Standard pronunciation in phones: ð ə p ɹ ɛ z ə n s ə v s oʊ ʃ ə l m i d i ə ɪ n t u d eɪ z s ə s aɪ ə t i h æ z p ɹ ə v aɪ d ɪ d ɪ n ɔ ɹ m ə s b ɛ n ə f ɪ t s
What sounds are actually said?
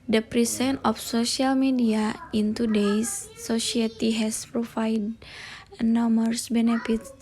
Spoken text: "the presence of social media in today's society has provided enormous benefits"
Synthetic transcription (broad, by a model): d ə p ɹ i s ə n ə f s oʊ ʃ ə l m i d i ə ɪ n t u d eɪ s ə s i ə t i h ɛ s p ɹ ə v aɪ d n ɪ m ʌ ɹ s b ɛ n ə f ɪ t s